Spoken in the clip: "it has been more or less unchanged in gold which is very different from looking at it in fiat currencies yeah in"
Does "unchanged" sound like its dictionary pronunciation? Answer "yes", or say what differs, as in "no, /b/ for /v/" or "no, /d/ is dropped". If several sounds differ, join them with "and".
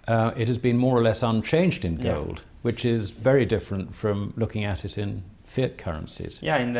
yes